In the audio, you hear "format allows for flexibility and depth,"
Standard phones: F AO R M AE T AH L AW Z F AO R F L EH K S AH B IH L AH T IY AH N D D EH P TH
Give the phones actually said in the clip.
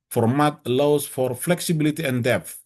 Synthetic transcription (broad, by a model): F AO R M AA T L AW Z F AO R F L EH K S AH B IH L AH T IY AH N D D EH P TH